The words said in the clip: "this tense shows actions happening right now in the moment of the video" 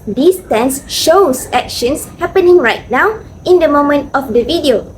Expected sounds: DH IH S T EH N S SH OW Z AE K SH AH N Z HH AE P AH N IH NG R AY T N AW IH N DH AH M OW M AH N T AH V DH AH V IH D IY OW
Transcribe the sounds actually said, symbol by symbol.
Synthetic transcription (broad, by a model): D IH S T EH N S SH OW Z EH K SH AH N S HH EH P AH N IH NG R AY T N AW IH N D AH M OW M AH N T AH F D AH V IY D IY OW